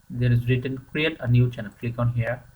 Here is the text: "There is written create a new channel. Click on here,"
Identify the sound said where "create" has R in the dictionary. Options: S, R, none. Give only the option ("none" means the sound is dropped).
R